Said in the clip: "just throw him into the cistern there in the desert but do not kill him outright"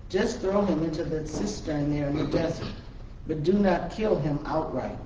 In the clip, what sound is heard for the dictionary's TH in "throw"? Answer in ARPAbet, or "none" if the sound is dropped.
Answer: TH